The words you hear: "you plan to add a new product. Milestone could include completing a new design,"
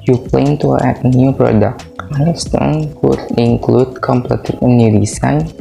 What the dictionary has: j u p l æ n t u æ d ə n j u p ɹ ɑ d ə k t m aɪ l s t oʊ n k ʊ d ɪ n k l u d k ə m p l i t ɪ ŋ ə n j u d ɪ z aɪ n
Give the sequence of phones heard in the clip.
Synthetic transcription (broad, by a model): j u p l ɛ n t u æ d ə n j u p ɹ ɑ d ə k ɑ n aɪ s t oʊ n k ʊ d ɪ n k l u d k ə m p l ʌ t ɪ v ə n j u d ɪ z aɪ n